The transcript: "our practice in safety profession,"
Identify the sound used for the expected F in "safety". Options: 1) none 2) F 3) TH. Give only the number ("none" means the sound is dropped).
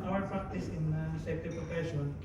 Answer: 1